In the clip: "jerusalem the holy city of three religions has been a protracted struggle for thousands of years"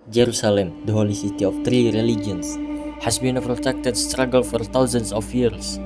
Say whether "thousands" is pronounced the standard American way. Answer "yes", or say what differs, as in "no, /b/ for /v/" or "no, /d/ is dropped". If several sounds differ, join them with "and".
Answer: no, /t/ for /θ/ and /s/ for /z/